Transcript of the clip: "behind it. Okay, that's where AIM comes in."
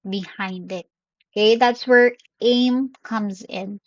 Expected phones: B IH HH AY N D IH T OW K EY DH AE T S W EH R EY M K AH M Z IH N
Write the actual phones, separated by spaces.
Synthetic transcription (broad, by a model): B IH HH AY N D IH T OW K EY DH AE T S W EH R EY M K AH M Z IH N